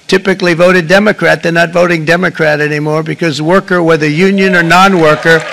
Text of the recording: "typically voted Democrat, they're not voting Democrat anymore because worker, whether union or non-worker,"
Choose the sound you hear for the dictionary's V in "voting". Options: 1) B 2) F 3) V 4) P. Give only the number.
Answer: 3